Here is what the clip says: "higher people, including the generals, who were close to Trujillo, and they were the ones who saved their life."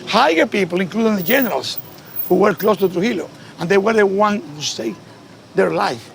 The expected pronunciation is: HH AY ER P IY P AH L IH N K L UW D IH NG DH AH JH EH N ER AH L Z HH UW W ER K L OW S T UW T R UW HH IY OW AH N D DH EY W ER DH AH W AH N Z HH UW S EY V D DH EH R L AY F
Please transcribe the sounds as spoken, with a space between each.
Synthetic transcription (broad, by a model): HH AY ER P IY P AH L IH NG K L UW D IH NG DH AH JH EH N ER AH L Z HH UW W ER K L OW S T UW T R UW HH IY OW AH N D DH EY W ER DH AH W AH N HH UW S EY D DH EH R L AY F